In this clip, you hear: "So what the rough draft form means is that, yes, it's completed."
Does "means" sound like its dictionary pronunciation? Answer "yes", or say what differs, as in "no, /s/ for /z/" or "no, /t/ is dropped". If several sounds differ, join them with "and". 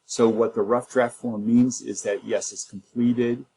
yes